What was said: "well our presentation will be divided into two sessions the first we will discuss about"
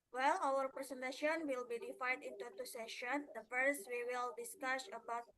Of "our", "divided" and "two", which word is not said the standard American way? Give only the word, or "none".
divided